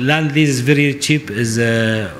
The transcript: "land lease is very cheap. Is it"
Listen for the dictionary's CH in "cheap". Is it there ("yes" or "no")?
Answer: yes